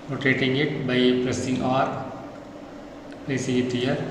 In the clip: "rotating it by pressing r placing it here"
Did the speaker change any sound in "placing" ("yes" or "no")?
yes